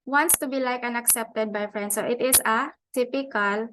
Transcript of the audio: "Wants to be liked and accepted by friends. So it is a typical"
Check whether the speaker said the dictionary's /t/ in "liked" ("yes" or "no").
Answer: no